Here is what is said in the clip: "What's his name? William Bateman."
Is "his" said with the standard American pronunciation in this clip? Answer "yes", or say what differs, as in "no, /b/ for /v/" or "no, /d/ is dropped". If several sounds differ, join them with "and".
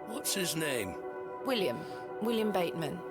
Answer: yes